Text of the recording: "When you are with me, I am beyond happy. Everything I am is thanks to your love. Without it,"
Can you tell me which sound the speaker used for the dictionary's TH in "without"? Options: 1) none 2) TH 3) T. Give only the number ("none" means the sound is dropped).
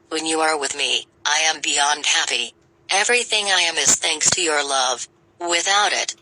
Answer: 2